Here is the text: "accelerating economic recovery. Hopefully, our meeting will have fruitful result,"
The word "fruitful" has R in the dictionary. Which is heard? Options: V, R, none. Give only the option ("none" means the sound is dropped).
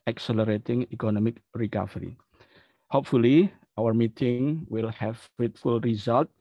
none